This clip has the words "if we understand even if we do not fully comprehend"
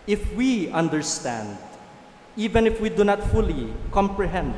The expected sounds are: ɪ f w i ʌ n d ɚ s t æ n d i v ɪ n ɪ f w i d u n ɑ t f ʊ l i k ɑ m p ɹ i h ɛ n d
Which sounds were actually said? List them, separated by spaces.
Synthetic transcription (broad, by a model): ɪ f w i ʌ n d ɚ s t æ n d i v ɪ n ɪ f w i d u n ɑ t f ʊ l i k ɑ m p ɹ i h ɛ n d